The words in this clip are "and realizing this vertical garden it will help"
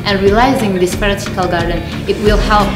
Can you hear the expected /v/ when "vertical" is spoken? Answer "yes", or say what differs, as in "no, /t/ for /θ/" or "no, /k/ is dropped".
no, /p/ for /v/